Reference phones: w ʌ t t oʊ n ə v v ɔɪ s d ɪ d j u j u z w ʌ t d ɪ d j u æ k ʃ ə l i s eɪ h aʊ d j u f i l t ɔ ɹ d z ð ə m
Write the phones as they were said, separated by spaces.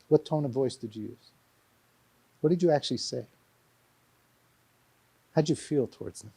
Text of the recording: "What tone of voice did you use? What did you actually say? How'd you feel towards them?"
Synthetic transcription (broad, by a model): w ʌ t t oʊ n ə v v ɔɪ s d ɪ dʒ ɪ j u z w ʌ t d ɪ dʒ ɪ æ k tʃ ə l i s eɪ h aʊ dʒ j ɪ f i l t ɔ ɹ d z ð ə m